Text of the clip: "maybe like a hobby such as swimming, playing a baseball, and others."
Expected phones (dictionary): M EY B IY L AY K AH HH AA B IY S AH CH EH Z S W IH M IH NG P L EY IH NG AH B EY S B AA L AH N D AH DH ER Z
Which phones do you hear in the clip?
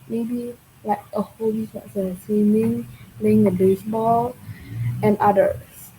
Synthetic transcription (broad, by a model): M EY B IY L AY K AH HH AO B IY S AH S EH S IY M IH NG P L EY IH NG AH B EY S B AA L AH N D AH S